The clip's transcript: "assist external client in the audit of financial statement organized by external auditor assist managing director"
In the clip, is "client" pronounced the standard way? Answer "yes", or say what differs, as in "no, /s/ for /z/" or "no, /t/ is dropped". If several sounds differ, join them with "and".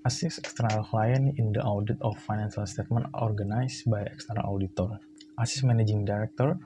no, /t/ is dropped